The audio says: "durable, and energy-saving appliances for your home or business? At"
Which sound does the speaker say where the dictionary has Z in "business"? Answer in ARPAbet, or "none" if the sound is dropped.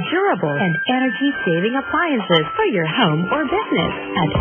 Z